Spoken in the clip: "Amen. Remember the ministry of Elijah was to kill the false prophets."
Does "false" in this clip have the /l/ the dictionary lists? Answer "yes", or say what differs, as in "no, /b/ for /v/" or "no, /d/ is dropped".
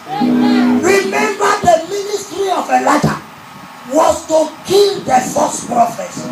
no, /l/ is dropped